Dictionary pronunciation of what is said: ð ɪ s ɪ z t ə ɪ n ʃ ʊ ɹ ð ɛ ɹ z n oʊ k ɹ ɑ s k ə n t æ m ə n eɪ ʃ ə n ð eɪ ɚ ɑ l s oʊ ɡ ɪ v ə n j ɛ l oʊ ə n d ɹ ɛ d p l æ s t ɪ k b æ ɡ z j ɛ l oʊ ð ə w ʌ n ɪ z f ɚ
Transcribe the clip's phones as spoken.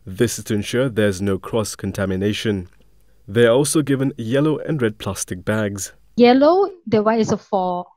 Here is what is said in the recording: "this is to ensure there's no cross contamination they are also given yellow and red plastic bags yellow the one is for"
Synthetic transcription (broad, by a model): ð ɪ s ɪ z t ə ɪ n ʃ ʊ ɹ ð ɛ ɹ z n oʊ k ɹ ɑ s k ə n t æ m ə n eɪ ʃ ə n ð eɪ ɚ ɑ l s oʊ ɡ ɪ v ə n j ɛ l oʊ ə n ɹ ɛ d p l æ s t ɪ k b æ ɡ z j ɛ l oʊ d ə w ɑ ɪ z f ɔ